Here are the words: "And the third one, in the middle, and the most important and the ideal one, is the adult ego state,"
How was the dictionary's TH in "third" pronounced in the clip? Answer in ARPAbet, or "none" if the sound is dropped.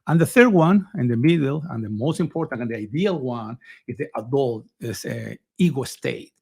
TH